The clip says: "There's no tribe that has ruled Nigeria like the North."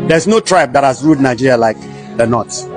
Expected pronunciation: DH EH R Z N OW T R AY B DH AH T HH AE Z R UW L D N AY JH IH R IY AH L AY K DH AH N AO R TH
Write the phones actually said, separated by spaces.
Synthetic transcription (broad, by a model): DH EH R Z N OW T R AY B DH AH T HH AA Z R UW D N AY JH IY R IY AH L AY K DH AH N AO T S